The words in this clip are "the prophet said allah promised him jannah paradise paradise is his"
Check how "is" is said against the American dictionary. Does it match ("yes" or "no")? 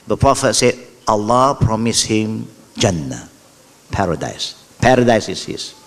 no